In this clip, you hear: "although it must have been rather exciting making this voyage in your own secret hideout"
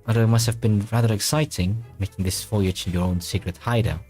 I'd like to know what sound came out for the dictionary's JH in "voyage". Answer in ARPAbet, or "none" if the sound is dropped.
CH